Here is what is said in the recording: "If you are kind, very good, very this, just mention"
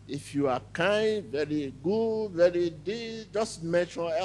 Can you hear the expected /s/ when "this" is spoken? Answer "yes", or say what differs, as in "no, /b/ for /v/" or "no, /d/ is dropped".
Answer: no, /s/ is dropped